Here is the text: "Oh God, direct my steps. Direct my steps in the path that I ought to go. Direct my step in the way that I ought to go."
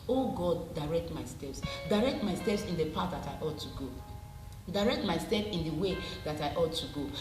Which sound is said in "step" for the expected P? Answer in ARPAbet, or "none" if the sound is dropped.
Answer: F